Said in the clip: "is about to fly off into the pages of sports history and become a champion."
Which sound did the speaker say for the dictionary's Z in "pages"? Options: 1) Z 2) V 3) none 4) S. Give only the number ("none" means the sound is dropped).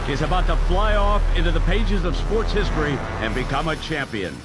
1